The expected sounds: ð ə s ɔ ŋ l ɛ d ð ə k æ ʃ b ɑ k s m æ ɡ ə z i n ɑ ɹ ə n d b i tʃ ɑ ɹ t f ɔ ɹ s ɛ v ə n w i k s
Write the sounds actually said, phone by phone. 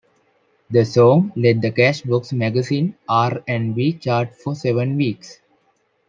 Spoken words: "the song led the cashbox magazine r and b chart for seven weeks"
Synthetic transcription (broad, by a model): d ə s ɔ ŋ l ɛ d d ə k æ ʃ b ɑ k s m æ ɡ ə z i n ɑ ɹ ə n d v i tʃ ɑ ɹ t f ɔ ɹ s ɛ v ə n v i k s